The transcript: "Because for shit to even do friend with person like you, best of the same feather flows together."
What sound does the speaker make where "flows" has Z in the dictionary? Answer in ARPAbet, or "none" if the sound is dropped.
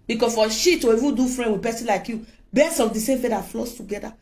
S